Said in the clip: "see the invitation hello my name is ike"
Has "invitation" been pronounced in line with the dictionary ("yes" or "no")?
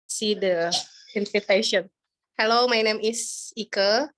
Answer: no